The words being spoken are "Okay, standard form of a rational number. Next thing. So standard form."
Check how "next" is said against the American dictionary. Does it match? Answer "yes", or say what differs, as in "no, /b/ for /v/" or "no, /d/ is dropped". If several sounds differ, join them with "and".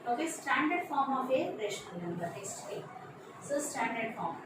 no, /k/ is dropped